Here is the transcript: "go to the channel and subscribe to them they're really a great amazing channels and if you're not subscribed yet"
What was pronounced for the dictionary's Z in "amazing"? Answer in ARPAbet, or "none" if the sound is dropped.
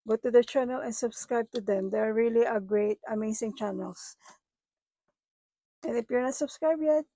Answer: S